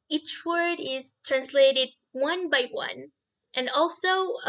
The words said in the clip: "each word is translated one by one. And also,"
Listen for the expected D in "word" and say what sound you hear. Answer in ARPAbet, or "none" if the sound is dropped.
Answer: D